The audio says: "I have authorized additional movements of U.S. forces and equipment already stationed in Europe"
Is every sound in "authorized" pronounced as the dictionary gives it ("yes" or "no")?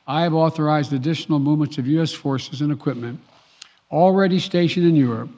yes